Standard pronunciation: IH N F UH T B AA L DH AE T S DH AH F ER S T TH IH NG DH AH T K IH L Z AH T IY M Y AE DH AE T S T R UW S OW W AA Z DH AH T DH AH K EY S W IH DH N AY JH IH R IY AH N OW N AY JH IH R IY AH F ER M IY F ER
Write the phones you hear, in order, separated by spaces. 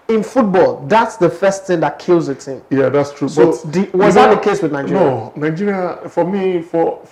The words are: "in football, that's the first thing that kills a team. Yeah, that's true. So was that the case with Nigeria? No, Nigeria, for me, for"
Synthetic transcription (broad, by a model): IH N F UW T B AA L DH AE T S DH AH F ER S T TH IH NG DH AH T K IH L Z AH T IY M Y AE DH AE T S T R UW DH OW W AA Z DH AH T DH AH K EY S W IH DH N AY JH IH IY N OW N AY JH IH R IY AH F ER M IY F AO